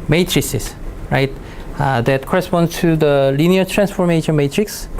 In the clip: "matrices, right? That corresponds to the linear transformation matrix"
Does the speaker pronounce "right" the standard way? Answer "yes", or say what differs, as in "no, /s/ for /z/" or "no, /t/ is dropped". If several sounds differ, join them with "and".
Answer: yes